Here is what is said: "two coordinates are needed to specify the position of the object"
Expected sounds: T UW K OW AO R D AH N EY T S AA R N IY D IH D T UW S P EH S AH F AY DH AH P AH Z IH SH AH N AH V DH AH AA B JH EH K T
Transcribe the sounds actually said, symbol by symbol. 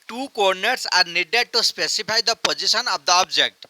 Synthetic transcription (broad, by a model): T UW K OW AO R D N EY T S AA R N IY D IH D T UW S P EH S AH P AY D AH P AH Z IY S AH N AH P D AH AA B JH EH K T